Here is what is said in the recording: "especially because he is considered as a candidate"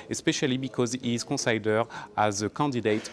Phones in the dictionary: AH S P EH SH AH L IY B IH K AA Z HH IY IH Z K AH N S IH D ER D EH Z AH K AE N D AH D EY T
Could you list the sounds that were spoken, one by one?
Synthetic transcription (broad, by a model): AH S P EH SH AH L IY B IH K AA Z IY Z K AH S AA D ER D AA Z AH K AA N D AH D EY T